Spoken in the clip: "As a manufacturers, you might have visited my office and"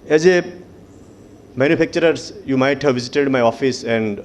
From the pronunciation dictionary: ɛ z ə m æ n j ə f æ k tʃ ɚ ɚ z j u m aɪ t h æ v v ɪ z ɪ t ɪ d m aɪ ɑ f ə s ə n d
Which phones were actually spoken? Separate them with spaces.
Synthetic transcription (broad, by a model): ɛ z ə m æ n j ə p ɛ k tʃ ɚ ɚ s j u m aɪ t h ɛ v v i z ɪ t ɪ d m aɪ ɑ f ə s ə n d